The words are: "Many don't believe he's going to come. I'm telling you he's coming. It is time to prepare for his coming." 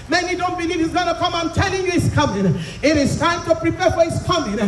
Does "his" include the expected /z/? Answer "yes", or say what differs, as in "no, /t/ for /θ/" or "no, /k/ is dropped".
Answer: no, /s/ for /z/